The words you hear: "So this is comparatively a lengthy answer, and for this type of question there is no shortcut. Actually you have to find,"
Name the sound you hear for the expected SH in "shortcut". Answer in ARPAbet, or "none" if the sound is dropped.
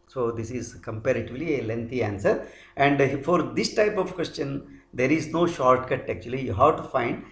SH